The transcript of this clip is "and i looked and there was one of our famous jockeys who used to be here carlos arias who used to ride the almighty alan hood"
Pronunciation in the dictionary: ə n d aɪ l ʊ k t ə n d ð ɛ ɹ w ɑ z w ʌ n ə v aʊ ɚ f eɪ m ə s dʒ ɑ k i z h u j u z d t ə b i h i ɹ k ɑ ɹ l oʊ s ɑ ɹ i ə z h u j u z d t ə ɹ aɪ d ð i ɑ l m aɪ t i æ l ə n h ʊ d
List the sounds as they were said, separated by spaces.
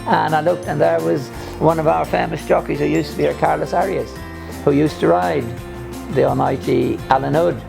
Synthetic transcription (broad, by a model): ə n aɪ l ʊ k t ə n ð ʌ ɹ w ɑ z w ʌ n ə v aʊ ɚ f eɪ m ə s dʒ ɑ k i z h u j u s t ə b i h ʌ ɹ k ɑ ɹ l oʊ s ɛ ɹ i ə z h u j u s t ə ɹ aɪ d ð i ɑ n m aɪ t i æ l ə n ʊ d